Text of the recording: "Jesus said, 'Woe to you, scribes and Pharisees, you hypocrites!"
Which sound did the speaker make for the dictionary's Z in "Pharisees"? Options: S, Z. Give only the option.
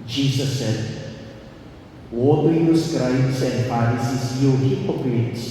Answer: S